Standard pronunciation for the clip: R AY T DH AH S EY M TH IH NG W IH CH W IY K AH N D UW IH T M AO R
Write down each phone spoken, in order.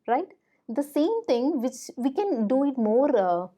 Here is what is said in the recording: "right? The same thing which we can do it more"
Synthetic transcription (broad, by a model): R AY T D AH S EY M T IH NG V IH CH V IY K AH N D UW IH T M AO R